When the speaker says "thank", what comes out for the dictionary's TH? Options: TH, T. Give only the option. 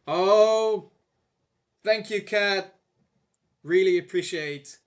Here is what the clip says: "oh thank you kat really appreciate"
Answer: TH